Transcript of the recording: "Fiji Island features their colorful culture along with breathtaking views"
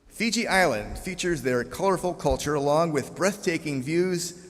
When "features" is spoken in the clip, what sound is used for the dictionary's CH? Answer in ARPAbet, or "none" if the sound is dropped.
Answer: CH